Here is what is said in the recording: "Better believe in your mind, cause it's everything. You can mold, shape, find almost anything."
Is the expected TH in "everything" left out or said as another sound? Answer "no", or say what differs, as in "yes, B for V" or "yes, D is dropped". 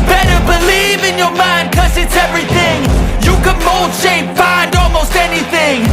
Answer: no